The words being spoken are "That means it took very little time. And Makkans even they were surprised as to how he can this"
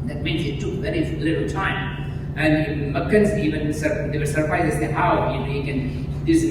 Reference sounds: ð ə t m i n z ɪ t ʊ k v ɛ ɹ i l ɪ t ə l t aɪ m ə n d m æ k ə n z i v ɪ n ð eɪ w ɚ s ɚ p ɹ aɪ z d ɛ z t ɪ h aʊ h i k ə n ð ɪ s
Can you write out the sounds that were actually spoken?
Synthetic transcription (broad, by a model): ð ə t m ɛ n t ɪ t ʊ k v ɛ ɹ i l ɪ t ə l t aɪ m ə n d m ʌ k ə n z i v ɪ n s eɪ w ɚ s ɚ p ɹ aɪ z ɛ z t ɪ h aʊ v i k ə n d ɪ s